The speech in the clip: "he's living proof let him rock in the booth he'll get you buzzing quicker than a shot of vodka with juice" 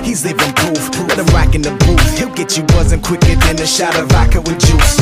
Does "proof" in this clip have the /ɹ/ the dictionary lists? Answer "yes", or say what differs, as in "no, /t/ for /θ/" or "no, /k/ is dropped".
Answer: no, /ɹ/ is dropped